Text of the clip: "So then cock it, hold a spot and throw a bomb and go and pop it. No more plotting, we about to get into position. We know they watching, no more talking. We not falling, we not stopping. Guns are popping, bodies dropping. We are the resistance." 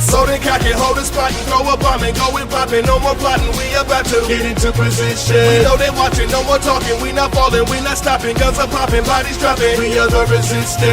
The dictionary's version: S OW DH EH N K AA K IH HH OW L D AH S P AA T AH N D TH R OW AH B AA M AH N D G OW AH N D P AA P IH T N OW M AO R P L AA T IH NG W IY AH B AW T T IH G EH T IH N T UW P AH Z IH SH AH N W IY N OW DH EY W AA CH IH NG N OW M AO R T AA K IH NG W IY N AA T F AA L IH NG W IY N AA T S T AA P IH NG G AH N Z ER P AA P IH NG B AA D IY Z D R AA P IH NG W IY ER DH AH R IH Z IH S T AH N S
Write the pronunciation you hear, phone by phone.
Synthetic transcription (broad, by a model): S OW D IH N K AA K IH HH OW L D AH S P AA AH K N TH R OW AH B AA M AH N G OW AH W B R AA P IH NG N OW M AO R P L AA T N W IY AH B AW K T IH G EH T IH N T UW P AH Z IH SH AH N W IY N OW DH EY W AA CH IH NG N OW M AO R T AA K IH NG W IY N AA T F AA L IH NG W IY N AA T S T AA P IH NG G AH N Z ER P AA P IH NG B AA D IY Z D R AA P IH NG W IY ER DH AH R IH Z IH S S